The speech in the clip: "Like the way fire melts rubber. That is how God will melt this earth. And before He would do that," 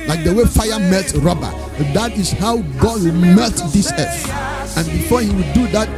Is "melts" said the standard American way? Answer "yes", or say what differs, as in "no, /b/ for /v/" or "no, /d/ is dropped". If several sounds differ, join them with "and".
no, /s/ is dropped